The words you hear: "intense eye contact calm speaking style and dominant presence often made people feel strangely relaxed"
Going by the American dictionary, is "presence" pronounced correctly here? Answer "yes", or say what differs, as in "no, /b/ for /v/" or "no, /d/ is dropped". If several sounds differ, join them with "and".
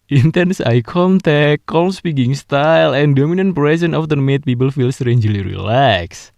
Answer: no, /s/ is dropped